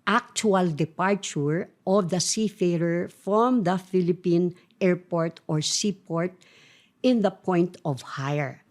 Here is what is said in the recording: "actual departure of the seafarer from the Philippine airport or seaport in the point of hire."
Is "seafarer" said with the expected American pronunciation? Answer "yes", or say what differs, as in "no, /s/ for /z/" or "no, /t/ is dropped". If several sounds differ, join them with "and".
yes